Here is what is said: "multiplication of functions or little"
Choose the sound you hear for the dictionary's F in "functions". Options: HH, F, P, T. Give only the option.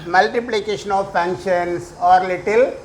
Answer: P